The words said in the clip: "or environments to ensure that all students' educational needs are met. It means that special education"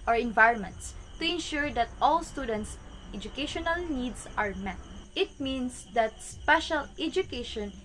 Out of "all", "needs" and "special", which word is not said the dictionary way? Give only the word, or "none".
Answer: needs